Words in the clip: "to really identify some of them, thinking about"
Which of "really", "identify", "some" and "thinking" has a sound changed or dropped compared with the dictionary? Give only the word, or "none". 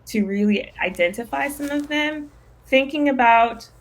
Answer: none